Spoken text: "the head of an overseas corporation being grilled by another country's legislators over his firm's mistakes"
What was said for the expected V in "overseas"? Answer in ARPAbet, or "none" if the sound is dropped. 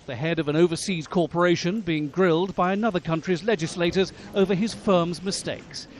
V